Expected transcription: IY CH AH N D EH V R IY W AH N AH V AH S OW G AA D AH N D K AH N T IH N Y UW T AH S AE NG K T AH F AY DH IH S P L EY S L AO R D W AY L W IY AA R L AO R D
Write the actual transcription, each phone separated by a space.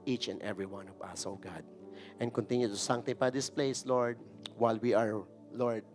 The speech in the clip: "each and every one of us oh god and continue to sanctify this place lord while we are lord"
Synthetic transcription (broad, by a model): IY CH AH N D EH V R IY W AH N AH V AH S OW G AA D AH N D K AH N T IH N Y UW T AH S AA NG T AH P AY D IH S P L EY S L AO R D W AY L W IY AA R L AO R D